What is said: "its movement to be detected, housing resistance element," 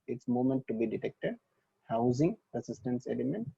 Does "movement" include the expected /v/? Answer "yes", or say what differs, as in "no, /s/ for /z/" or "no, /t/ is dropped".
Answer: no, /v/ is dropped